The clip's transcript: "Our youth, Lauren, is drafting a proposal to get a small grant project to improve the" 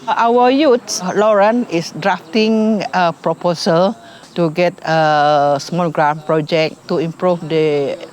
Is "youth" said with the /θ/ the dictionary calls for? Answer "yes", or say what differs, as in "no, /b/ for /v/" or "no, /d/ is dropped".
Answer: no, /s/ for /θ/